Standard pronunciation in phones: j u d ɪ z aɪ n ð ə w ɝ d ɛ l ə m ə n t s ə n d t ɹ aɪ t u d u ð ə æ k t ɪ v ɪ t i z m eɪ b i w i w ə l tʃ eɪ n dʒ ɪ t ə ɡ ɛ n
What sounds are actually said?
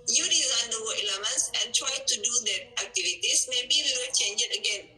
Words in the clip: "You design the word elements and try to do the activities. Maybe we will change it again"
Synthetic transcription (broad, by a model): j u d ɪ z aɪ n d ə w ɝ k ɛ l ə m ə n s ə n t ɹ aɪ t u d u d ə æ k t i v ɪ t i s m eɪ b i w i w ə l tʃ eɪ n dʒ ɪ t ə ɡ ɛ n